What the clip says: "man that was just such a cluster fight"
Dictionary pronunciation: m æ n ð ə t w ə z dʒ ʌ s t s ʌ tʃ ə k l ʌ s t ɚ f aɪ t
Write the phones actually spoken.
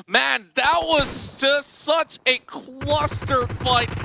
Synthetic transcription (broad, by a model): m æ n ð ə t w ə z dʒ ʌ s t s ʌ tʃ ə k l ʌ s t ɚ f aɪ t